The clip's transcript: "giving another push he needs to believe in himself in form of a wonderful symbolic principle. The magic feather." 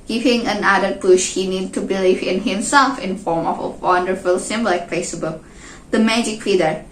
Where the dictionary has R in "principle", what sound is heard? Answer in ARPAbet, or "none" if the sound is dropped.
none